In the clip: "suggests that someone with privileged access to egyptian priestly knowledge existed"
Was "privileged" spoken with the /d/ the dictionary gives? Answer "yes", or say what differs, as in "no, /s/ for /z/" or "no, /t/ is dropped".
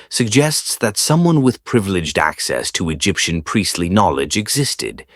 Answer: yes